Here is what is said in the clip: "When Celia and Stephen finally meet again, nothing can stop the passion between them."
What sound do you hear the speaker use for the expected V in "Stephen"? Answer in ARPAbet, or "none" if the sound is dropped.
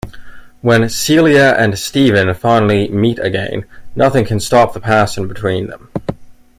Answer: V